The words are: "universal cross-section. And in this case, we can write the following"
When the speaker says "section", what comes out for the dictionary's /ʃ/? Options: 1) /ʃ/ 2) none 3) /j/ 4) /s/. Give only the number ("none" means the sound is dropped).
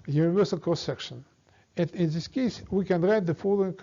1